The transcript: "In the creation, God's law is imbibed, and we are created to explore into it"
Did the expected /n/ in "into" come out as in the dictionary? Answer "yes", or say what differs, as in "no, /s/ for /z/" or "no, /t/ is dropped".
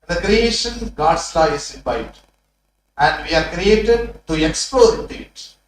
no, /n/ is dropped